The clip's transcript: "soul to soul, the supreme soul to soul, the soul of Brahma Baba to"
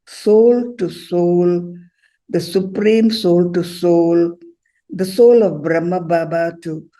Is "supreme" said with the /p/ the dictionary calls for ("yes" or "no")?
yes